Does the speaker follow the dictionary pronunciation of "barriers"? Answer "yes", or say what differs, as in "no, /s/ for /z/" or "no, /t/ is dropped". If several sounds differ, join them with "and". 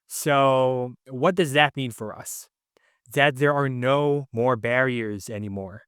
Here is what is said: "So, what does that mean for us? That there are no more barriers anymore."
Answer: yes